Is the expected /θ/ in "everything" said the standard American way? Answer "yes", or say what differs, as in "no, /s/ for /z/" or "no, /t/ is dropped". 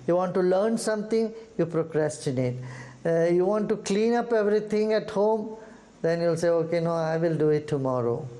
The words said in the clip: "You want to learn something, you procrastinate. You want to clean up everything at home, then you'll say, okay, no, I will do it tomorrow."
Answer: no, /t/ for /θ/